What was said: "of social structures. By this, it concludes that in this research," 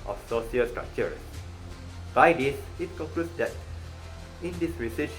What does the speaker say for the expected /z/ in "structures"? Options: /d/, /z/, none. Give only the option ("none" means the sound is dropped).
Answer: none